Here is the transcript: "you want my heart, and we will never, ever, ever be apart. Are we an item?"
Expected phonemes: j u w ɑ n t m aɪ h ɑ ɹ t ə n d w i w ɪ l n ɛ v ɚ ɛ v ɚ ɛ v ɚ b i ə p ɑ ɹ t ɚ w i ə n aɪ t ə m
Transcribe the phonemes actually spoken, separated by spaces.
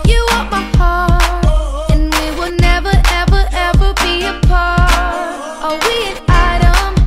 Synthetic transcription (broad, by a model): j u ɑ t m aɪ h ɑ ɹ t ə n w i w ɪ l n ɛ v ɚ ɛ v ɚ ɛ v ɚ b i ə p ɑ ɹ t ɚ w i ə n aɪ t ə m